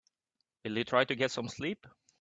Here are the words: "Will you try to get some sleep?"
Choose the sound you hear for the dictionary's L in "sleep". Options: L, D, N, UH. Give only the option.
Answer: L